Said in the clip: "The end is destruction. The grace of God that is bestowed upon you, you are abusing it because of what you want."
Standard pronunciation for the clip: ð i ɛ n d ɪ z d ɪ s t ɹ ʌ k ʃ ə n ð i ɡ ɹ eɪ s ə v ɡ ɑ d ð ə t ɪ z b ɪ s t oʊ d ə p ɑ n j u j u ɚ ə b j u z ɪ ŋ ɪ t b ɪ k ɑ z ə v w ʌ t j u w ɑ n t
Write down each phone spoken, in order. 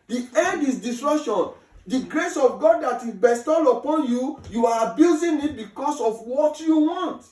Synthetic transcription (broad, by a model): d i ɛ d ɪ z d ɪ s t ɹ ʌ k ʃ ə n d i ɡ ɹ eɪ s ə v ɡ ɑ d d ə t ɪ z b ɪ s t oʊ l ə p ɑ n j u j u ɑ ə b j u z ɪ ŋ ɪ t b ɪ k ɑ s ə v w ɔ t j u w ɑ n t